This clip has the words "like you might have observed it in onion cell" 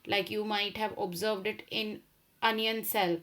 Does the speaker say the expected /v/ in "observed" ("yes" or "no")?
yes